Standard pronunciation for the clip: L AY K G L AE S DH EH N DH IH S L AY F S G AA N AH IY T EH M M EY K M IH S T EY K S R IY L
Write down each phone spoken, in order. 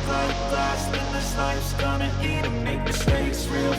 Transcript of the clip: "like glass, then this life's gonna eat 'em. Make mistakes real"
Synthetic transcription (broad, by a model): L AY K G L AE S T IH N DH IH S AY S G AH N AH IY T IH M M EY K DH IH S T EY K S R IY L